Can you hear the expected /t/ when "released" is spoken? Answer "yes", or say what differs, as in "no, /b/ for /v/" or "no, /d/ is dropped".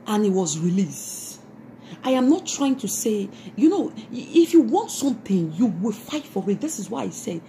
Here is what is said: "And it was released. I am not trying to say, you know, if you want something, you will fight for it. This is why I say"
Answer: yes